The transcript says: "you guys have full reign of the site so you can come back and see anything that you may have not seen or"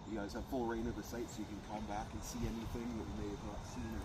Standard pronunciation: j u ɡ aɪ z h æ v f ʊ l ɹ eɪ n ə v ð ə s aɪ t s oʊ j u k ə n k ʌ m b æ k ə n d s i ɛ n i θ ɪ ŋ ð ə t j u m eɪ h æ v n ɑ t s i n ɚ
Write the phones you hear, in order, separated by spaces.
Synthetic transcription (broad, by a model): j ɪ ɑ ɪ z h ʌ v f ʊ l ɹ eɪ n ə v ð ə s aɪ t s oʊ j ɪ k ə n k ʌ m b æ k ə n s i ɛ n i θ ɪ ŋ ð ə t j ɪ m eɪ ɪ v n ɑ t s i n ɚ